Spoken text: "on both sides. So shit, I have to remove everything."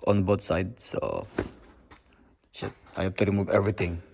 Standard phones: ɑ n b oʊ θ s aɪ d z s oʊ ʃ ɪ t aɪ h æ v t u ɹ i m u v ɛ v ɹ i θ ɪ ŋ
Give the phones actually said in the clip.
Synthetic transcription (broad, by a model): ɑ n b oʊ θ s aɪ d s oʊ ʃ ɪ t aɪ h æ p t u ɹ i m u v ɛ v ɹ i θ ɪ ŋ